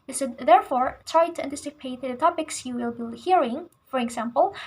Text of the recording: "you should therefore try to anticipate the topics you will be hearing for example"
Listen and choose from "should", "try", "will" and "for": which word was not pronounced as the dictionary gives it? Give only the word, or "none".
should